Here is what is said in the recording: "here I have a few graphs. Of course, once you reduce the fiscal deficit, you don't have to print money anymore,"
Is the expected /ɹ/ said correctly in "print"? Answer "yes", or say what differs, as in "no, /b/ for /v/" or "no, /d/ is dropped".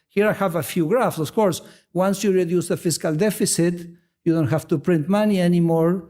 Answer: yes